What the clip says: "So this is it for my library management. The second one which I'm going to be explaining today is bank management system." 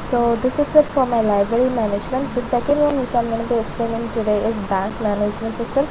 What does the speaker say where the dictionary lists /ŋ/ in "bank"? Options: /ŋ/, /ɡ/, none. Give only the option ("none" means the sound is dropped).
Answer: /ŋ/